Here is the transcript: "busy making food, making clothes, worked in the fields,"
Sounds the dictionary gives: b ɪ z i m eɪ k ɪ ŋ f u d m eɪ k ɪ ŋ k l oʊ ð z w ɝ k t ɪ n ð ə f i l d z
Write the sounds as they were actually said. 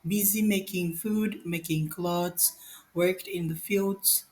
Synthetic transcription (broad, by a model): b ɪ z i m eɪ k ɪ ŋ f u d m eɪ k ɪ ŋ k l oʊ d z w ɝ k t ɪ n ð ə f i l d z